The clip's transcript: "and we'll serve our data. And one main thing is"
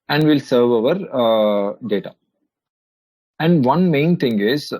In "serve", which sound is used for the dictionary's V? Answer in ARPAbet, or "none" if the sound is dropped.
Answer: V